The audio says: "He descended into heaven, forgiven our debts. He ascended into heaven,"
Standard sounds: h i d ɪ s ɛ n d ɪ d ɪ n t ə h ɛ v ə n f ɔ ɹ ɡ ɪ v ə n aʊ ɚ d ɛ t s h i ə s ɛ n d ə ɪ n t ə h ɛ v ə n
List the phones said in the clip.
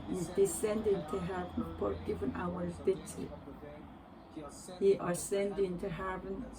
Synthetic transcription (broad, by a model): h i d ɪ s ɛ n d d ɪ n t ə h ɛ v ə n p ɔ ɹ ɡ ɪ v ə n aʊ ɚ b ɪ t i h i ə s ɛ n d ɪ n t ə h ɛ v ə n